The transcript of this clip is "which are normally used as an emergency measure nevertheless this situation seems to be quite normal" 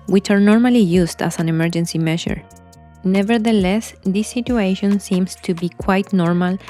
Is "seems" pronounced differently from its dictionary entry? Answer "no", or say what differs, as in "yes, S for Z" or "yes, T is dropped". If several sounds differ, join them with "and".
yes, S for Z